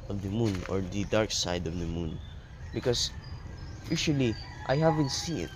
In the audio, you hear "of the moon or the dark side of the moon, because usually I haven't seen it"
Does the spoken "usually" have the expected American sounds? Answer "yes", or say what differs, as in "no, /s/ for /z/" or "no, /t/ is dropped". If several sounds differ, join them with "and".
no, /ʃ/ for /ʒ/